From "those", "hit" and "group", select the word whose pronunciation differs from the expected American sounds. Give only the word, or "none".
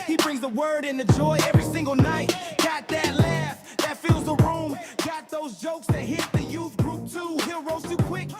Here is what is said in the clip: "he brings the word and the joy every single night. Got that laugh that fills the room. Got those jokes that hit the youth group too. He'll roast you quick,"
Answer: none